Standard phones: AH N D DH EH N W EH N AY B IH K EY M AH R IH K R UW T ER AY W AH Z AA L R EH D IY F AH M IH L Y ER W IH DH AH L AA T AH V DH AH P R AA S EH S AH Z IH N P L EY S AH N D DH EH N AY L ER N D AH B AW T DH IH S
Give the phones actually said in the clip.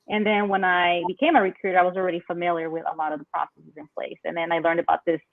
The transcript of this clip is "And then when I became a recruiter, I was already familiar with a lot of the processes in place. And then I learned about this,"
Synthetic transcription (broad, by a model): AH N DH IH N W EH N AY B IH K EY M AH R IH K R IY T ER AY W AH Z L R EH D IY F AH M IH L Y ER W IH DH AH L AA T AH V DH AH P R AA S EH S AH Z IH N P L EY S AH N DH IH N AY L ER N D AH B AW T DH IH S